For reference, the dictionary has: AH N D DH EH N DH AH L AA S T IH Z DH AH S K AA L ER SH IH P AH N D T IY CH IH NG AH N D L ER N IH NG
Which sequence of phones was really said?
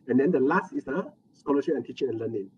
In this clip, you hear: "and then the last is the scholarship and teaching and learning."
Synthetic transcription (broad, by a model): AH N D EH N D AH L AA S T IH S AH S K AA L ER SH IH AH N T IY CH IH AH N L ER N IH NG